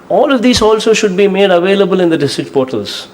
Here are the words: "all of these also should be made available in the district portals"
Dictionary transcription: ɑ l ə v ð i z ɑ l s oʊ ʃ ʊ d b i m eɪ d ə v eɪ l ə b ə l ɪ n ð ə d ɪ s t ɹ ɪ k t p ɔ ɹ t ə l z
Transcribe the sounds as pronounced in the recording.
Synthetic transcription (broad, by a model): ɑ l ə v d i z ɑ l s oʊ ʃ ʊ d b i m eɪ d ə v eɪ l ə b ə l ɪ n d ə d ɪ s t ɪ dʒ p ɔ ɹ t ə l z